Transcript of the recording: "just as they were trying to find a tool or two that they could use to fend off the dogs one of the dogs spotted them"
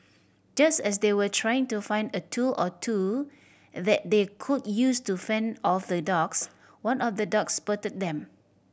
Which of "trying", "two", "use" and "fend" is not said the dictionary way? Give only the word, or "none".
none